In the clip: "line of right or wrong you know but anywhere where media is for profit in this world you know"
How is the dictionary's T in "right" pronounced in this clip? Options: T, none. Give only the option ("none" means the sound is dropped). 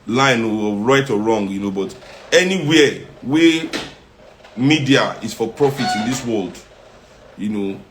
T